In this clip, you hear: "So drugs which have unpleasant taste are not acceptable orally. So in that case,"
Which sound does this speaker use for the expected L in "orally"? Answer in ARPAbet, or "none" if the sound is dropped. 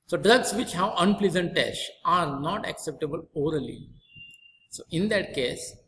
L